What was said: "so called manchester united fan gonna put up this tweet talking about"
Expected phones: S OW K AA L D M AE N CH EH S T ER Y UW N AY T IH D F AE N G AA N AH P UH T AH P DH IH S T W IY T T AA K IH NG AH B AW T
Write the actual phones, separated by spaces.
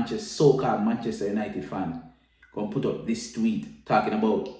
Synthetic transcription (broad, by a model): S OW K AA D M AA N CH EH S T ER Y UW N AY T IH D F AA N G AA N P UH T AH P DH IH S T W IY T T AA K IH NG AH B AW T